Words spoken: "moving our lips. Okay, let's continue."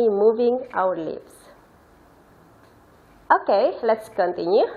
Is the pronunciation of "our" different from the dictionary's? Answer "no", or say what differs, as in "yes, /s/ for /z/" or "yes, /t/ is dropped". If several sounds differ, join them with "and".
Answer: yes, /w/ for /ɹ/